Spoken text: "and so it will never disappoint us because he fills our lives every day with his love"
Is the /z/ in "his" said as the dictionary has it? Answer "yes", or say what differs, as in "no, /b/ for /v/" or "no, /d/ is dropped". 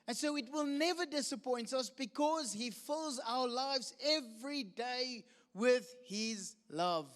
yes